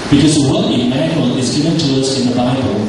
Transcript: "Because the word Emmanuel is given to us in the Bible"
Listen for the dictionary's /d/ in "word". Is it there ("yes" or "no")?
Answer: no